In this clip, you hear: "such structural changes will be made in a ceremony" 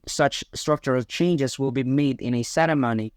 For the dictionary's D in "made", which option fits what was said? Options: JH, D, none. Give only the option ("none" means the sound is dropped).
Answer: D